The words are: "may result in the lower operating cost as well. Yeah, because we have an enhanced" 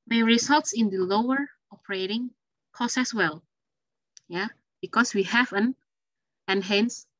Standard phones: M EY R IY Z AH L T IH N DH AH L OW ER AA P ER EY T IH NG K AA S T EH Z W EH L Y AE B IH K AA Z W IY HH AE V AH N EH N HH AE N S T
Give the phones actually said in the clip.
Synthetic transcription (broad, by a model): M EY R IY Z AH L T IH N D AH L OW ER AA P ER EY T IH NG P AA S EH S W EH L Y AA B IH K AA S W IY HH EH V AH N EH N HH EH N S